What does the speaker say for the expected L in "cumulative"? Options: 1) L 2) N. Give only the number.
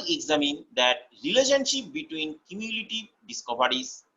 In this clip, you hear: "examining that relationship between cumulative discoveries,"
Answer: 2